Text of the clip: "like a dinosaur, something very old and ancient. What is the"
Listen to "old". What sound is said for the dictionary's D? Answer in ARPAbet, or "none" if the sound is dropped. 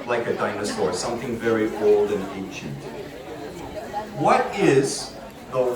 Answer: D